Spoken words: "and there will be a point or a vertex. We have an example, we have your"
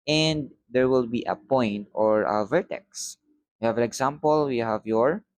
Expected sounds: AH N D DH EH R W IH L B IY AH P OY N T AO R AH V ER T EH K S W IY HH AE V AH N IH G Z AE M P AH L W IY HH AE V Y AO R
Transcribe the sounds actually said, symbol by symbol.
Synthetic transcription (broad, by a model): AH N D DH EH R W IH L B IY AH P OY N T AO R AH V ER T EH K S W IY HH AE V AH N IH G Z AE M P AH L W IY HH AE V Y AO R